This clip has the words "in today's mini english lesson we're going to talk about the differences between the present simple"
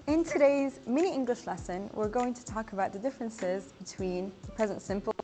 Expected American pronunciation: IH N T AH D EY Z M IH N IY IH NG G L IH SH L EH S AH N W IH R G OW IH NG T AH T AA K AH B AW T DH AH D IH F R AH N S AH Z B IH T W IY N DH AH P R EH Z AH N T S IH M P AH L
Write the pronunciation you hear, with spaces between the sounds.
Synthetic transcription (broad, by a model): IH N T AH D EY Z M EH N IY IH NG G L IH SH L EH S AH N W IH R G OW IH NG T AH T AA K AH B AW T DH AH D IH F R AH N S AH Z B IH T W IY N DH AH P R EH Z AH N T S IH M P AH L